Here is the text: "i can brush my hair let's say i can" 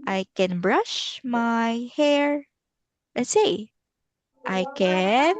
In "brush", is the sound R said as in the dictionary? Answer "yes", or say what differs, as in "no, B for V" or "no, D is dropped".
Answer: yes